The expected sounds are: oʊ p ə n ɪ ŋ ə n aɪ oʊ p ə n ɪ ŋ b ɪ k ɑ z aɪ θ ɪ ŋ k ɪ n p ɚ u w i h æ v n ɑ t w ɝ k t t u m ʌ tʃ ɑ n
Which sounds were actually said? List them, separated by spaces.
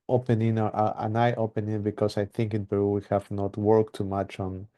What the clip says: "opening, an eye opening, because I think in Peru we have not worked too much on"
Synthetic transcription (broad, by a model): oʊ p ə n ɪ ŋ ə n aɪ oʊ p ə n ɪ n b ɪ k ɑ s aɪ θ ɪ ŋ k ɪ n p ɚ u w i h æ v n ɑ t w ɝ k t t u m ʌ tʃ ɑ n